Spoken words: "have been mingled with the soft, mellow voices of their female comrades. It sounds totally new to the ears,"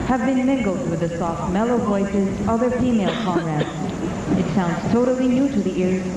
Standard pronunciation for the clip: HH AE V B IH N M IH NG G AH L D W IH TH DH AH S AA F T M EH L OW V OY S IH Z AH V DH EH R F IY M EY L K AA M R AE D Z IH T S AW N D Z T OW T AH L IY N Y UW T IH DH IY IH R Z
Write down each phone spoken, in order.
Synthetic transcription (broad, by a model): HH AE V B IH N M IH NG G L D W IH DH AH S AA F T M EH L OW V OY S IH Z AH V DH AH R F IY M EY L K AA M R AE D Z IH T S AW N D Z T OW T L IY N Y UW T IH DH IY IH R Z